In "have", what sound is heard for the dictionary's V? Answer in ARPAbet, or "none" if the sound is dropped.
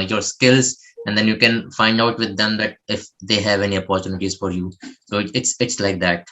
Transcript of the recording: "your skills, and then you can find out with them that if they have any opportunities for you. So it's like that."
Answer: V